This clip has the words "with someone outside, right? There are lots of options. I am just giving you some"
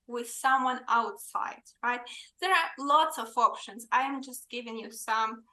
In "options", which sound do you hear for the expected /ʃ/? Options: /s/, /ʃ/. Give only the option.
/ʃ/